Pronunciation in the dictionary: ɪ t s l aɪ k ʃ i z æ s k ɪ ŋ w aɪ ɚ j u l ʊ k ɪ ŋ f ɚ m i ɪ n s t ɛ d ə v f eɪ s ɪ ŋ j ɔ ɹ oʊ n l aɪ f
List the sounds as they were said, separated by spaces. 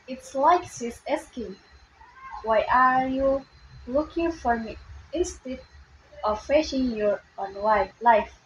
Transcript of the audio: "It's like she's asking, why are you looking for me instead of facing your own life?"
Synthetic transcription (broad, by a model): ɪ t s l aɪ k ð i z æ s k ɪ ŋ w aɪ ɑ j u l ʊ k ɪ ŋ f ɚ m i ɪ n s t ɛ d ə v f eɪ ʃ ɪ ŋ j ɔ ɹ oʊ n l aɪ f